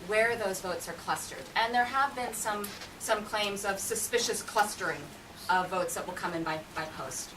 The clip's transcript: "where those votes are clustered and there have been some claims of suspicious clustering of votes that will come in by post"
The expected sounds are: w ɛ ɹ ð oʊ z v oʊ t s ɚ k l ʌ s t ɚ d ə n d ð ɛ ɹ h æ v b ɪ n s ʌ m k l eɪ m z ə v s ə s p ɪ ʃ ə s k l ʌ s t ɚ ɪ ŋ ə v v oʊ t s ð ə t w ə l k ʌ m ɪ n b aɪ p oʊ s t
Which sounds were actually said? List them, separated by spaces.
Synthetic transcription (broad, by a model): w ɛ ɹ ð oʊ z v oʊ t s ɚ k l ʌ s t ɚ d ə n ð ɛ ɹ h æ v b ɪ n s ʌ m k l eɪ m z ə v s ə s p ɪ ʃ ə s k l ʌ s t ɚ ɪ ŋ ə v v oʊ t s ð ə t w ə l k ʌ m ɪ n b aɪ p oʊ s t